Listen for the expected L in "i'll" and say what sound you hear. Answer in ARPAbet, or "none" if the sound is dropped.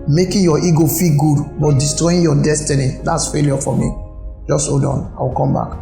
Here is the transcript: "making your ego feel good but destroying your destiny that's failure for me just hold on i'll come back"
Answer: W